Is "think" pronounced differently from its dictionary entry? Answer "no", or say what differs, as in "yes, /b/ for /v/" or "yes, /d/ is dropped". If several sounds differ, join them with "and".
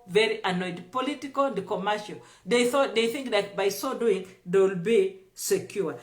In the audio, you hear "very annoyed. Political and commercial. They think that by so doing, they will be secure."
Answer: no